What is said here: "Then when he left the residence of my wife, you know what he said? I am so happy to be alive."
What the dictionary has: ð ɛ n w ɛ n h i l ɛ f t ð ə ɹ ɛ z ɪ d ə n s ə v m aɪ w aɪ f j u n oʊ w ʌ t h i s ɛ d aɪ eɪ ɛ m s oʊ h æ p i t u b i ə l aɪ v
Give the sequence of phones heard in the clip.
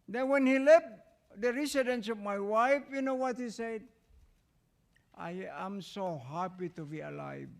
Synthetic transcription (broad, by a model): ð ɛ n w ɛ n h i l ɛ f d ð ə ɹ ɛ s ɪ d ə n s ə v m aɪ w aɪ f j u n oʊ w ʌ t h i s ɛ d aɪ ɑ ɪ m s oʊ h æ p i t u b i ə l aɪ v